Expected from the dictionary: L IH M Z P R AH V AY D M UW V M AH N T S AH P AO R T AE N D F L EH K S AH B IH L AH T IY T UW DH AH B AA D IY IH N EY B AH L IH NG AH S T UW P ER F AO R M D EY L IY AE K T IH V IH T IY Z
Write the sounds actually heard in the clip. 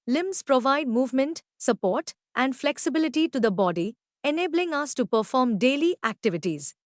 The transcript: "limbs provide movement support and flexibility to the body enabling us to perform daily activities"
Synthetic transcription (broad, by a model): L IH M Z P R AH V AY D M UW V M AH N T S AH P AO R T AE N D F L EH K S AH B IH L AH T IY T UW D AH B AA D IY IH N EY B AH L IH NG AH S T UW P ER F AO R M D EY L IY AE K T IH V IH T IY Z